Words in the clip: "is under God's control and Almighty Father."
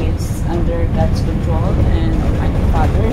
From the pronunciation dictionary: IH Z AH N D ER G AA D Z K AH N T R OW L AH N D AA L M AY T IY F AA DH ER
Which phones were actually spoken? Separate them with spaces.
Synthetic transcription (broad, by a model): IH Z AH N D ER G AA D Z K AH N T R OW L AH N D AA M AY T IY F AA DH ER